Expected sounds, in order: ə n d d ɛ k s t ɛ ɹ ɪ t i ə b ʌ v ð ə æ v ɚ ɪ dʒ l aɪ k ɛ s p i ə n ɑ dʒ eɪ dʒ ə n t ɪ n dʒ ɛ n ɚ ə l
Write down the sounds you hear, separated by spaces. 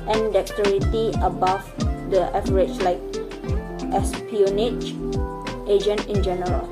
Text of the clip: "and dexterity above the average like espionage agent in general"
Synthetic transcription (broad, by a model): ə n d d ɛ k t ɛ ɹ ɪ t i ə b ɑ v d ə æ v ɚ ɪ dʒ l aɪ k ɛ s p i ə n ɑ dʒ eɪ dʒ ə n t ɪ n dʒ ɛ n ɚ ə l